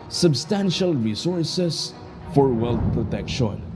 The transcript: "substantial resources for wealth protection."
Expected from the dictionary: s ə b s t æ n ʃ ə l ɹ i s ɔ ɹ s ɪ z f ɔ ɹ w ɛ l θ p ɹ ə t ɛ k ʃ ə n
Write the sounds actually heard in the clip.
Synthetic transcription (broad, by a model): s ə b s t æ n ʃ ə l ɹ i s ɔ ɹ s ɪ s f ɔ ɹ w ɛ l t p ɹ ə t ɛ k ʃ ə n